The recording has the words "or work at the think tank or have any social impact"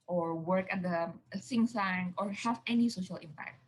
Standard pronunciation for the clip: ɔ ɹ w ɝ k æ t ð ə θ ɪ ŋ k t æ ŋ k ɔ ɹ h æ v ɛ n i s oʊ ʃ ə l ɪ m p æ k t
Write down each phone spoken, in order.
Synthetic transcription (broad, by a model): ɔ ɹ w ɝ k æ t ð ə s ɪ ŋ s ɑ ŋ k ɔ ɹ h æ v ɛ n i s oʊ ʃ ə l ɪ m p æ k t